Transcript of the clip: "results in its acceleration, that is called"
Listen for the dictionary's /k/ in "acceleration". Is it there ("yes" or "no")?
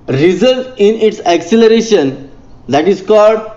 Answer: yes